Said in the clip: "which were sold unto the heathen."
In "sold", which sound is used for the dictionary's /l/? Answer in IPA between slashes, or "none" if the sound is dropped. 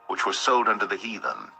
/l/